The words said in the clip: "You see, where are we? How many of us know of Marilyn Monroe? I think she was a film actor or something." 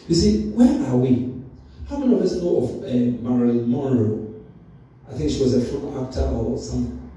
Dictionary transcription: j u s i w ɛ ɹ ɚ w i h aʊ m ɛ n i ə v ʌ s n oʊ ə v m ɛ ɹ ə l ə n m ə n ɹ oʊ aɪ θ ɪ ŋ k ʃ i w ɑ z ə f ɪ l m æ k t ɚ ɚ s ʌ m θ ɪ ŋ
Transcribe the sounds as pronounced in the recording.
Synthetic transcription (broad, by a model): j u s i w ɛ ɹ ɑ w i h aʊ m ɛ n i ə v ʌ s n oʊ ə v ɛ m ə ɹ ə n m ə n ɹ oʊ aɪ θ ɪ ŋ k ʃ i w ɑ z ə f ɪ m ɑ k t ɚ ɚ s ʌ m